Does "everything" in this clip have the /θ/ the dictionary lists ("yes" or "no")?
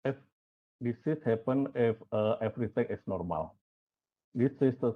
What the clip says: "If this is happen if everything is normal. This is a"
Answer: no